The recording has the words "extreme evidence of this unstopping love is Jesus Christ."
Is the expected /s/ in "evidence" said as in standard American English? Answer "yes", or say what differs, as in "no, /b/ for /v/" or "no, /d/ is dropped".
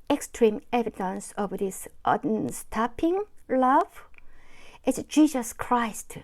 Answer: yes